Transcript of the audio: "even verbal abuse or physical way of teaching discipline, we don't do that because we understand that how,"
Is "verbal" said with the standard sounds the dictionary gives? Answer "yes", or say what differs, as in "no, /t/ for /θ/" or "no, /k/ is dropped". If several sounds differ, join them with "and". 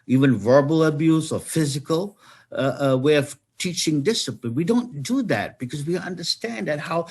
yes